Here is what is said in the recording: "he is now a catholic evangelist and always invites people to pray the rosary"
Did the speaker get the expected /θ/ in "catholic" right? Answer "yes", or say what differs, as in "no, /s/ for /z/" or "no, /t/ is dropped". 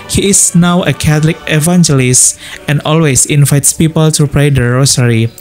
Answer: no, /t/ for /θ/